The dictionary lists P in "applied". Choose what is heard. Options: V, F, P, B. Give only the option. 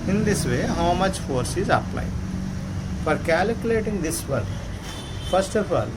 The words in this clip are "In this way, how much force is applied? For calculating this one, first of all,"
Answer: P